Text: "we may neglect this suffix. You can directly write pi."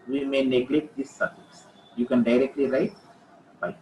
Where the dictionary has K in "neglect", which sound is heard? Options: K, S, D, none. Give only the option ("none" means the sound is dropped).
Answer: K